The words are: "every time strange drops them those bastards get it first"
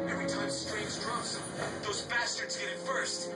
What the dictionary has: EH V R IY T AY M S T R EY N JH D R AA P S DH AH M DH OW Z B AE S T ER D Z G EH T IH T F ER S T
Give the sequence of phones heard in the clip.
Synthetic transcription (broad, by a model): EH V R IY T AY M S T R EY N Z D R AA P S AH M DH OW Z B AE S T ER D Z G EH T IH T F ER S T